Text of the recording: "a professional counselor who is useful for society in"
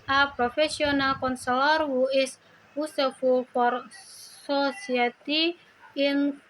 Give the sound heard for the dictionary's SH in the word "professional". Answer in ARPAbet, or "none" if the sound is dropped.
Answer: S